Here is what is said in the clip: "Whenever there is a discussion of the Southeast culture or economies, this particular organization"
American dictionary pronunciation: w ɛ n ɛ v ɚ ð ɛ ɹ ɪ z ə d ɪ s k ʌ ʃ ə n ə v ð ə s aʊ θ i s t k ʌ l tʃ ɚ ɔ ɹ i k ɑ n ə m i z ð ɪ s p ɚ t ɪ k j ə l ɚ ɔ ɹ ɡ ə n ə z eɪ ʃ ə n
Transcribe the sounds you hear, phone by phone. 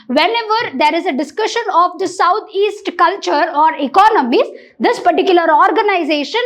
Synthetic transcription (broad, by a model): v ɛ n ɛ v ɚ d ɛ ɹ ɪ z ə d ɪ s k ʌ ʃ ə n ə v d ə s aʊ t i s t k ʌ l tʃ ɚ ɔ ɹ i k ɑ n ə m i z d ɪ s p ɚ t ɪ k j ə l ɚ ɔ ɹ ɡ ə n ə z eɪ ʃ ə n